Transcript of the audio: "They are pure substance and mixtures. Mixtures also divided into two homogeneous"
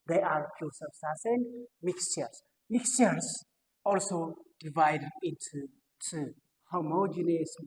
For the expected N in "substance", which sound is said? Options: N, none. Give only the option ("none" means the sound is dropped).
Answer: none